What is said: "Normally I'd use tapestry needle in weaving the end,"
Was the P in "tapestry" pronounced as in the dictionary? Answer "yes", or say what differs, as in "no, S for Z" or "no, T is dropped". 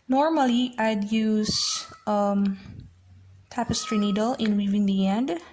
yes